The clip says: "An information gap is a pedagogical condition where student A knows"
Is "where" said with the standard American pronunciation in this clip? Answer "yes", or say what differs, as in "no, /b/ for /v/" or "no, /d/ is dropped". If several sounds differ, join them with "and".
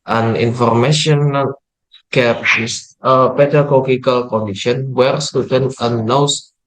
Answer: yes